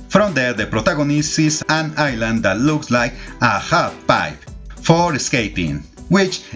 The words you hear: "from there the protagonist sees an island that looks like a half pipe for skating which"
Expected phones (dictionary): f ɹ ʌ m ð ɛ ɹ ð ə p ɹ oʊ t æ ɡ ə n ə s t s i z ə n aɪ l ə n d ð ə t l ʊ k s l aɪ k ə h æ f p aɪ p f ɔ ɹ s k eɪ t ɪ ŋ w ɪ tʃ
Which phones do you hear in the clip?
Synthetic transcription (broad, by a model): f ɹ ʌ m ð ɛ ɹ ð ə p ɹ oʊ t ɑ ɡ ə n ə s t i s ə n aɪ l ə n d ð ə t l ʊ k s l aɪ k ə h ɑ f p aɪ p f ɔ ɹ s k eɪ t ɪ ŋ w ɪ tʃ